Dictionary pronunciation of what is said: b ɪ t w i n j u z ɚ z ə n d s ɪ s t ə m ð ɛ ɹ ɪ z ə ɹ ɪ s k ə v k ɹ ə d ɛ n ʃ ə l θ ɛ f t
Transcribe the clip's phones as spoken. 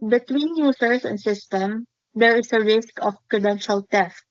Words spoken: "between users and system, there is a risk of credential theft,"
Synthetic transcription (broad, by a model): b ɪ t w i n j u s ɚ s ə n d s ɪ s t ə m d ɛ ɹ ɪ s ə ɹ ɪ s k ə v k ɹ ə d ɛ n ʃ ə l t ɛ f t